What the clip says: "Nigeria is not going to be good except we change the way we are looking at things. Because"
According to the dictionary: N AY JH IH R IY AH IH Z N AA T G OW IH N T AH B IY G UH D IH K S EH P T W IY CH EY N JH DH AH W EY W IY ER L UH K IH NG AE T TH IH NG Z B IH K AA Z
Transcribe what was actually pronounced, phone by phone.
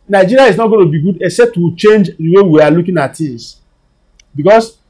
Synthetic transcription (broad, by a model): N AY JH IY R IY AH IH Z N AA T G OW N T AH B IY G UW D IH K S EH P T W IY CH EY N JH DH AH W EY W IY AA L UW K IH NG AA T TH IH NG S B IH K AA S